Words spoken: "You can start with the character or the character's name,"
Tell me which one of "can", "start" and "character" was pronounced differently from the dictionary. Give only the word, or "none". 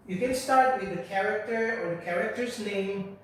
none